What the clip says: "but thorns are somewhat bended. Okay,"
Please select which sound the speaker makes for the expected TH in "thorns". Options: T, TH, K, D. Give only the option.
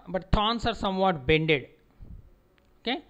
T